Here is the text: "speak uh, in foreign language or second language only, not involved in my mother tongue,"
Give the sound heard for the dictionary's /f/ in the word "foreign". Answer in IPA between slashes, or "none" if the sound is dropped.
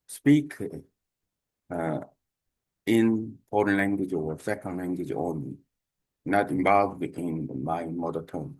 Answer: /p/